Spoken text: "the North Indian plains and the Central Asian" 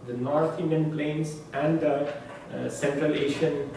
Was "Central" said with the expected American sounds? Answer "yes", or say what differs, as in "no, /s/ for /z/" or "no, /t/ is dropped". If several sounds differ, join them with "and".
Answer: yes